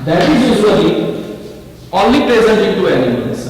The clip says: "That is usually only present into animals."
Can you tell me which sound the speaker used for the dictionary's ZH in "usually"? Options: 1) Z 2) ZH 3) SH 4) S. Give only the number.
4